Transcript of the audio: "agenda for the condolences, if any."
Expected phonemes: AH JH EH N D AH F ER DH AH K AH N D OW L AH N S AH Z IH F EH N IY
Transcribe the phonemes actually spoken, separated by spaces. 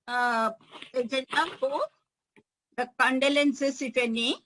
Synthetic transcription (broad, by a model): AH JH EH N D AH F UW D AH K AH N D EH L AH N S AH S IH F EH N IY